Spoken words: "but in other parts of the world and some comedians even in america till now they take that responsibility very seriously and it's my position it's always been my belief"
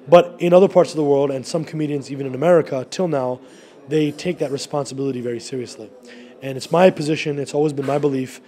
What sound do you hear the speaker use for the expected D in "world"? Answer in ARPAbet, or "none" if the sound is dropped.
D